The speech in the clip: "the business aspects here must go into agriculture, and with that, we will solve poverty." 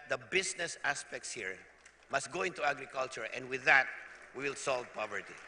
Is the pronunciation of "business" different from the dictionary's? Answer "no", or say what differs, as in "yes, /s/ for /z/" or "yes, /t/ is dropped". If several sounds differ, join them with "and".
yes, /s/ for /z/